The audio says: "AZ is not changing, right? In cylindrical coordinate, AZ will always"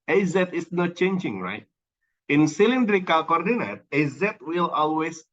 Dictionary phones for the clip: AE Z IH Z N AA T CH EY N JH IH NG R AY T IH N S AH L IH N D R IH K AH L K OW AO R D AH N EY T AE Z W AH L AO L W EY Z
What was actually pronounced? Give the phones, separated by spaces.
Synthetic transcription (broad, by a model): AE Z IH S N AA T CH EY N JH IH NG R AY T IH N S AH L IH N D R IH K AH L K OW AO R D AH N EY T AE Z W AH L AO L W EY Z